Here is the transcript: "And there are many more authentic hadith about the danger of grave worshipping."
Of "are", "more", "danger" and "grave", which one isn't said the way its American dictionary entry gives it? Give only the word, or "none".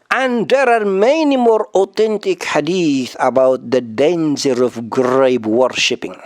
grave